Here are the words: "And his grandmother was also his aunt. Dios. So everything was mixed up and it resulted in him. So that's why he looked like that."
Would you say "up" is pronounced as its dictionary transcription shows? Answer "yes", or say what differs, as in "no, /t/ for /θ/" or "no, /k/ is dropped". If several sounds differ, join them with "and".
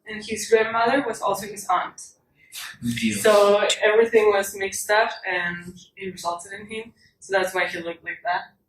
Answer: no, /f/ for /p/